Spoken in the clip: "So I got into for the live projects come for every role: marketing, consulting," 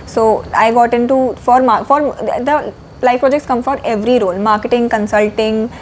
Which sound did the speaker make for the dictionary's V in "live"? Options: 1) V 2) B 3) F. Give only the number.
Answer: 3